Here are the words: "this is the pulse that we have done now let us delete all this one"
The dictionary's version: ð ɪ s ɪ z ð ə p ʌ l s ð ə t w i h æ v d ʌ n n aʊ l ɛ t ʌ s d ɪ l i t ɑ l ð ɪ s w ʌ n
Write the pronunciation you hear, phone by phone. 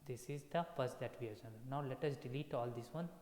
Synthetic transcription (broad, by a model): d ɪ s ɪ z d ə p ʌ s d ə t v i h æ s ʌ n n aʊ l ɛ t ʌ s d ɪ l i t ɑ l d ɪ s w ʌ n